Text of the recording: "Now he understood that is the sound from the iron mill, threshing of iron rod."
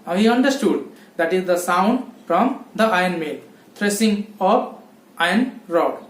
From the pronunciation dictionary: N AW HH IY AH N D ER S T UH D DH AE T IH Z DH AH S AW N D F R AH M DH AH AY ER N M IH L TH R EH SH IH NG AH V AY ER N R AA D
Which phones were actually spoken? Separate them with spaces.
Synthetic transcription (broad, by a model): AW HH IY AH N D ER S T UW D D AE T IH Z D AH S AW N D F R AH M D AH AY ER N M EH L T R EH S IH NG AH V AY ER N R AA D